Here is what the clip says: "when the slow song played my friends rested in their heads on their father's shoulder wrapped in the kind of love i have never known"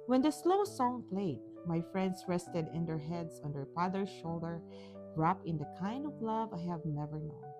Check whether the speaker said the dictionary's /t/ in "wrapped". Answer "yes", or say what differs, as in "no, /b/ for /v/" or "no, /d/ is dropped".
no, /t/ is dropped